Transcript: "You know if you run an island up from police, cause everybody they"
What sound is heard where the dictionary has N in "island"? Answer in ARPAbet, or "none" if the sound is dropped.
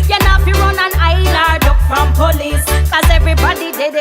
none